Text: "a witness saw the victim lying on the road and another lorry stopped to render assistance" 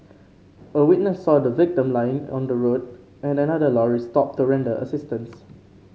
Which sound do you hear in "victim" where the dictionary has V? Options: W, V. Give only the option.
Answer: V